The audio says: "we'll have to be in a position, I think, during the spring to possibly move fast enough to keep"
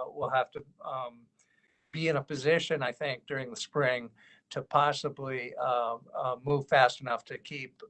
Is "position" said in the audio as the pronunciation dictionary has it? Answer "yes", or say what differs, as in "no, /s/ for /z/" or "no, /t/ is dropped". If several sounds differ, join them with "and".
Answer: yes